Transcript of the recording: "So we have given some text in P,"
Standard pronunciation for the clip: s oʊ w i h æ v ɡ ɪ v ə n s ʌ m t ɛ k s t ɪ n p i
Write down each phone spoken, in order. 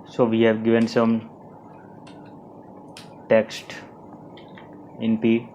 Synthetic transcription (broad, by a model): s oʊ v i h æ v ɡ ɪ v ə n s ʌ m t ɛ k s t ɪ n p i